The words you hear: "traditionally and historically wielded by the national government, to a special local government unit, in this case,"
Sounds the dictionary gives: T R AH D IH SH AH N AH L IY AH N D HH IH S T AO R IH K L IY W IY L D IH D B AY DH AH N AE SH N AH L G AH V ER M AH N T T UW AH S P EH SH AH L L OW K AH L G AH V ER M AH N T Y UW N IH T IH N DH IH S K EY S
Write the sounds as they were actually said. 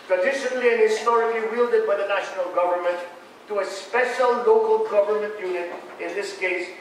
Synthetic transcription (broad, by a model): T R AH D IH SH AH N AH L IY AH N HH IH S T AO R IH K L IY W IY L D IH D B AY DH AH N AE SH N AH L G AH V ER M AH N T T UW AH S P EH SH AH L L OW K AH L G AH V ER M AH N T Y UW N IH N IH N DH IH S K EY S